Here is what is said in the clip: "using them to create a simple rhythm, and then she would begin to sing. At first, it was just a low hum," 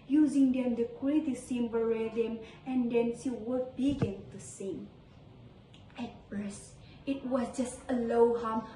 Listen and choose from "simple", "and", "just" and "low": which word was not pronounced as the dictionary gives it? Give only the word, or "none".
simple